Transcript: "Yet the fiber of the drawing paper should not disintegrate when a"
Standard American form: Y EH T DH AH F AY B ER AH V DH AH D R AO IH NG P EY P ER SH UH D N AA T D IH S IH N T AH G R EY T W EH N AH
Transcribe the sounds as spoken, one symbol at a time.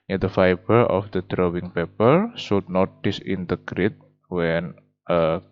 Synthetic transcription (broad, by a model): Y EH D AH F AY B ER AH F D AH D R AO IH NG P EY P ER S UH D N AA T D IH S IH N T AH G R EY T W EH N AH